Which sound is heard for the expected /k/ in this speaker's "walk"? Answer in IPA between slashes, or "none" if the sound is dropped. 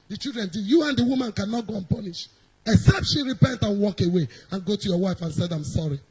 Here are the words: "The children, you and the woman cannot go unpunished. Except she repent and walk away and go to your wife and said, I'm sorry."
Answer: /k/